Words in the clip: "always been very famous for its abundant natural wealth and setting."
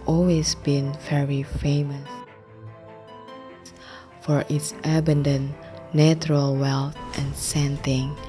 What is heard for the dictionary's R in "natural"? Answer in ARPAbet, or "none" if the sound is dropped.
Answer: R